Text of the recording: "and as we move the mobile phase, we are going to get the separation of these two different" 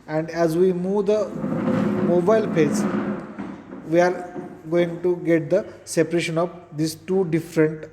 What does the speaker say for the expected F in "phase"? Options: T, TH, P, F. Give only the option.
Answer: P